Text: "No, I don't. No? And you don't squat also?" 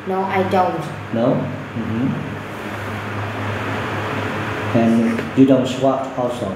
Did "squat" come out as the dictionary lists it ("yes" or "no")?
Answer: no